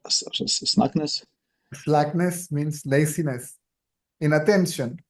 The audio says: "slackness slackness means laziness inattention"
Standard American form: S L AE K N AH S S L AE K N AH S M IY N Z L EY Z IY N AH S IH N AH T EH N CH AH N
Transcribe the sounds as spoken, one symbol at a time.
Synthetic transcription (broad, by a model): S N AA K N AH S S L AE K N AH S M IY N S L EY S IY N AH S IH N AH T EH N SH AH N